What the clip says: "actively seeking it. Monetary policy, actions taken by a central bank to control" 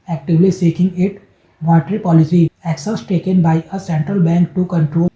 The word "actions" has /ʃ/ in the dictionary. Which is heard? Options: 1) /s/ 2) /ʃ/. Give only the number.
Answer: 1